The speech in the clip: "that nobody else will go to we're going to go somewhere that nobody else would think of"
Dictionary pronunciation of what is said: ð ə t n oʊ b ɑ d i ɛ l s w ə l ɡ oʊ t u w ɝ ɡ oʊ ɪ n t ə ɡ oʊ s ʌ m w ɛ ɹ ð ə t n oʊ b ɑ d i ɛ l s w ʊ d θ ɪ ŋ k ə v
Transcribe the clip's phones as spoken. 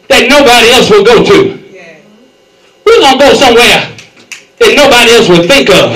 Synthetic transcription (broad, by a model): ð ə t n oʊ b ɑ d i ɛ l s w ə l ɡ oʊ t u w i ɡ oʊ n ɡ oʊ s ʌ m w ɛ ɹ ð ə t n oʊ b ɑ d i ɛ l s w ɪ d θ ɪ ŋ k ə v